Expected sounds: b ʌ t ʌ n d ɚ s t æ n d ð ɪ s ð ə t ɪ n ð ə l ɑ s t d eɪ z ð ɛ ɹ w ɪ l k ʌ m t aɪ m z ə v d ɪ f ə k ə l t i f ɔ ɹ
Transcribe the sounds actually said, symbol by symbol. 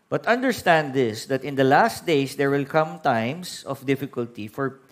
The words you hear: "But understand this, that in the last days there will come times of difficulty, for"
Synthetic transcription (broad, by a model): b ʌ t ʌ n d ɚ s t æ n d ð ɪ s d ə t ɪ n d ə l ɑ s t d eɪ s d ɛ ɹ w ɪ l k ʌ m t aɪ m s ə f d ɪ f ə k ə l t i f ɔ ɹ